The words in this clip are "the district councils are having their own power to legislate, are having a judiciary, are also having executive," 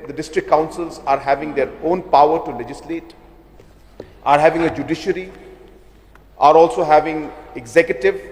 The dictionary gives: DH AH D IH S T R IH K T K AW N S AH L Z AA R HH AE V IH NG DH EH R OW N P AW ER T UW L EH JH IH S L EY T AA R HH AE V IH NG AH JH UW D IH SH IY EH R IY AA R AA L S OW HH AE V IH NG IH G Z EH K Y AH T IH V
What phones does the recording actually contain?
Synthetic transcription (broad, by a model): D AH D IH S T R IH K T K AW N S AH L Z AA R HH AE V IH NG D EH R OW N P AW ER T UW L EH JH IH S L EY T AA R HH AE V IH NG AH JH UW D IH SH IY R IY AA R AA L S OW HH AE V IH NG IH G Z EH K Y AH T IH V